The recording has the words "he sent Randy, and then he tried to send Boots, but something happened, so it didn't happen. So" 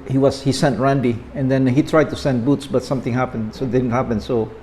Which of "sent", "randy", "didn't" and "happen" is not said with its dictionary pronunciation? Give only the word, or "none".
none